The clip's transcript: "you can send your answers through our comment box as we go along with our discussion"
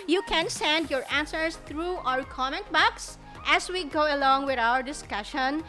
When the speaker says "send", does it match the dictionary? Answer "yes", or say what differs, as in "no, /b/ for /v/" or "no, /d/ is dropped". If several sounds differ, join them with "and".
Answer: yes